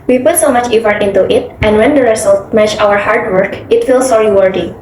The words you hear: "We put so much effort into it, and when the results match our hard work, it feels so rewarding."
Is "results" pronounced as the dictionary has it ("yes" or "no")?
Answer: no